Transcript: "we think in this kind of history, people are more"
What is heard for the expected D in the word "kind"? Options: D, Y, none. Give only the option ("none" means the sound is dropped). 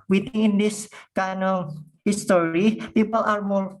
none